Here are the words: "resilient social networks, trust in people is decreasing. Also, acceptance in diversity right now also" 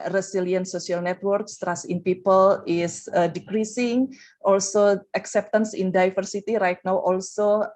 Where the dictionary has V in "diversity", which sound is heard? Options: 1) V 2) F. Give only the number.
2